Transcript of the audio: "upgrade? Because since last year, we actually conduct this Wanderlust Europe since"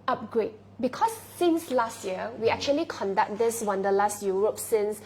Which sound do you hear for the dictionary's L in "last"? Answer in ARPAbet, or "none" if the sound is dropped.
L